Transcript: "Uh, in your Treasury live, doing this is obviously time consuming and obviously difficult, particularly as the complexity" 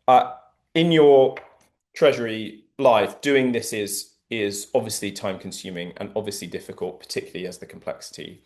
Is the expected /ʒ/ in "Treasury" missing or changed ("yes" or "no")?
no